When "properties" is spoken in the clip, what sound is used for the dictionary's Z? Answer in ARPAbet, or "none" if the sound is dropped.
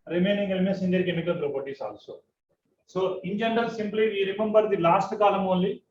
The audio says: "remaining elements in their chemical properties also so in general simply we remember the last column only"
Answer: S